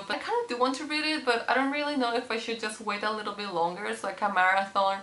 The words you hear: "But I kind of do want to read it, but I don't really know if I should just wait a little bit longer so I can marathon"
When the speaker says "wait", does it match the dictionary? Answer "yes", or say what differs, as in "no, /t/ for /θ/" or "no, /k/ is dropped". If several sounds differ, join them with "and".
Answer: yes